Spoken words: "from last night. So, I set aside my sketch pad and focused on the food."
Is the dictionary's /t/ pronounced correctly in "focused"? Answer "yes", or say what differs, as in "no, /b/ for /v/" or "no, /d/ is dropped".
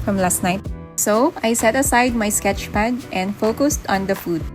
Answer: yes